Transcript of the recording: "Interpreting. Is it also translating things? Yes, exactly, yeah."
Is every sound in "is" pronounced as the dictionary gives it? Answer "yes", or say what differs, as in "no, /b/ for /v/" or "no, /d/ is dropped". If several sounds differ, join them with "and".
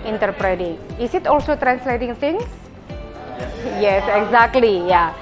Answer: no, /s/ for /z/